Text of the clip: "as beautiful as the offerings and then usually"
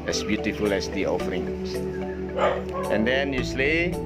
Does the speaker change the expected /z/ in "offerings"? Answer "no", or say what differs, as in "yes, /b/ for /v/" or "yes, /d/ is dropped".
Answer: yes, /z/ is dropped